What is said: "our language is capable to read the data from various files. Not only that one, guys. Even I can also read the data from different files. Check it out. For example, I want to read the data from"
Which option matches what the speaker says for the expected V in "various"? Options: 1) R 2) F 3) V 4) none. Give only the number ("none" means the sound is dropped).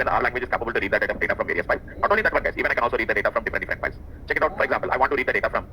3